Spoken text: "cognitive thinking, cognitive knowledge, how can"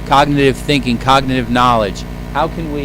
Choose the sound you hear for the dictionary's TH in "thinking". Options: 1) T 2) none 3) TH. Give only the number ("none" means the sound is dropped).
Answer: 3